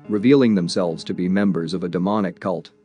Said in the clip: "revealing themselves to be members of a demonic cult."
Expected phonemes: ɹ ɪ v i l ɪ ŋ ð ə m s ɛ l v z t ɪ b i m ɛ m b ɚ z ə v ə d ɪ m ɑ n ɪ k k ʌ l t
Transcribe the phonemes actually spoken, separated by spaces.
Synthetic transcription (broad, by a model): ɹ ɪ v i l ɪ ŋ ð ə m s ɛ l v z t ɪ b i m ɛ m b ɚ z ə v ə d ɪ m ɑ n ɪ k k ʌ l t